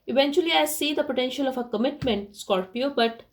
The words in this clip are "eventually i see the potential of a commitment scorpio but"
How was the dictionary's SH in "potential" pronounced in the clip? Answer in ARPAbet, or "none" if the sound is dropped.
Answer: SH